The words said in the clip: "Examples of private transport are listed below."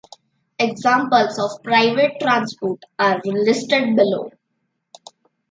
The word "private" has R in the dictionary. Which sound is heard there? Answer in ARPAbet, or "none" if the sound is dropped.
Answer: R